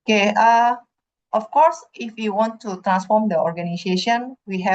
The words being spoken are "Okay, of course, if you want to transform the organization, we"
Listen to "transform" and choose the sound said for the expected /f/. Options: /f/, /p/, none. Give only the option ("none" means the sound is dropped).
/f/